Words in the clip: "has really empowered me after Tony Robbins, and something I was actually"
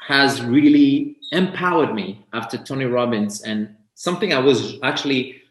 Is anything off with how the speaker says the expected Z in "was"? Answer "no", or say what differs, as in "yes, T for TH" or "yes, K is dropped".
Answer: no